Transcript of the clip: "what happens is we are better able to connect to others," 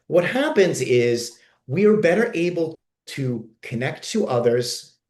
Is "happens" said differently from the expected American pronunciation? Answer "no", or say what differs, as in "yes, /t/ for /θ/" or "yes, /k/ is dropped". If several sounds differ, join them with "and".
no